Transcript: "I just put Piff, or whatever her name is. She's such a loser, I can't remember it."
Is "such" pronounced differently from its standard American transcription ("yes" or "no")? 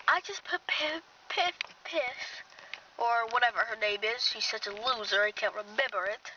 no